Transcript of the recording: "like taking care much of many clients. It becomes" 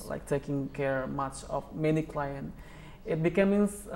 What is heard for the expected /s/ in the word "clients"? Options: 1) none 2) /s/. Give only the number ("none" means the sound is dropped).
1